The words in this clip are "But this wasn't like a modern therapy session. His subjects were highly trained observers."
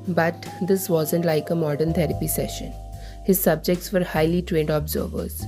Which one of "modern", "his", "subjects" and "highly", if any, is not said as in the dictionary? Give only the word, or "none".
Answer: none